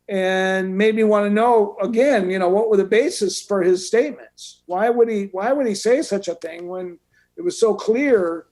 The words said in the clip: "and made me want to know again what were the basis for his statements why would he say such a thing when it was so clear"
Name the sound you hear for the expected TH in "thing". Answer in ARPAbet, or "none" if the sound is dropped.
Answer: TH